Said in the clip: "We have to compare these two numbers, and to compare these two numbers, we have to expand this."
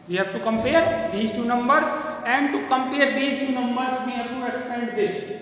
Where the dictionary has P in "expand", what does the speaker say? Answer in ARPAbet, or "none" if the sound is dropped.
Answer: none